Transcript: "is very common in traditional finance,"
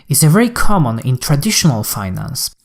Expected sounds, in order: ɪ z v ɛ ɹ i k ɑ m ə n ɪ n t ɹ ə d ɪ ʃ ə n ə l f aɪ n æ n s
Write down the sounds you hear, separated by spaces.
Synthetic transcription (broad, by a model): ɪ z v ɛ ɹ i k ɑ m ə n ɪ n t ɹ ə d ɪ ʃ ə n ə l f aɪ n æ n s